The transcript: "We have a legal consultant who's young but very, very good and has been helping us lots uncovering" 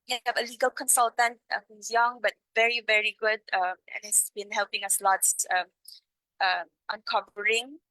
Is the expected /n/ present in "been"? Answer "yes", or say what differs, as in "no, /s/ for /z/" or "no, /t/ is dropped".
yes